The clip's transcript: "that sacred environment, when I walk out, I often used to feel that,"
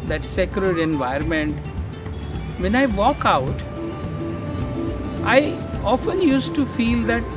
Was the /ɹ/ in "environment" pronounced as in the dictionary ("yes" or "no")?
no